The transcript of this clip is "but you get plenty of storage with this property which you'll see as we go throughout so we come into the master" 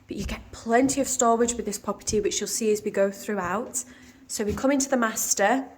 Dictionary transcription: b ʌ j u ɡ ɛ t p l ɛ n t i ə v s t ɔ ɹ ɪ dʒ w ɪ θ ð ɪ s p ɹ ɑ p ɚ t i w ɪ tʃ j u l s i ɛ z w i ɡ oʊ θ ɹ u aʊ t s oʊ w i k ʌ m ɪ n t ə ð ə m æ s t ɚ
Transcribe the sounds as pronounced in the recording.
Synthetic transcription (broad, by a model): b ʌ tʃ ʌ ɡ ɛ t p l ɛ n t i ə v s t ɔ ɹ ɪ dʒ w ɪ ð ɪ s p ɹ ɑ p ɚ t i w ɪ tʃ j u l s i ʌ z w i ɡ oʊ θ ɹ u aʊ t s oʊ w i k ʌ m ɪ n t ə ð ə m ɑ s t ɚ